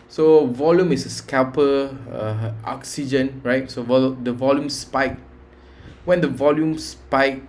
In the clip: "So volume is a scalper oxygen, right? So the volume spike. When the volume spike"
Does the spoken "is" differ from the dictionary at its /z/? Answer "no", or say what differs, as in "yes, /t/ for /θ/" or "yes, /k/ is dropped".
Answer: yes, /s/ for /z/